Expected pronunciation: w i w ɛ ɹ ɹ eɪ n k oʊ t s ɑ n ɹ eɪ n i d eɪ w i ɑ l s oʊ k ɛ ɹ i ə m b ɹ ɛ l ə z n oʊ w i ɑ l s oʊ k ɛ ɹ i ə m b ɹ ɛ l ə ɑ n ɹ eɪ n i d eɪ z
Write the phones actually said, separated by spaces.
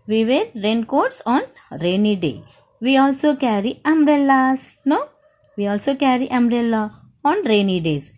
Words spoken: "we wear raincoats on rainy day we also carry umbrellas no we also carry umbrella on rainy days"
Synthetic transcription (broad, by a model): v i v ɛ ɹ ɹ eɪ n k oʊ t s ɑ n ɹ eɪ n i d eɪ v i ɑ l s oʊ k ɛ ɹ i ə m ɹ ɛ l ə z n oʊ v i ɑ l s oʊ k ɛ ɹ i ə m ɹ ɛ l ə ɑ n ɹ eɪ n i d eɪ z